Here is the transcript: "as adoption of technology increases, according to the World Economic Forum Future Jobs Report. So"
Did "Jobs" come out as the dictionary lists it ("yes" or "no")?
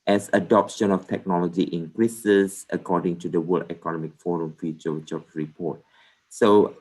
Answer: no